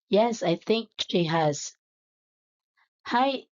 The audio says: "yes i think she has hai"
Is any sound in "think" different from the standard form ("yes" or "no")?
no